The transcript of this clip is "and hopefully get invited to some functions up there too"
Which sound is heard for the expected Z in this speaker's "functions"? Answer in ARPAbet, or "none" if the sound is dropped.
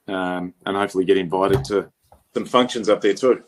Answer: Z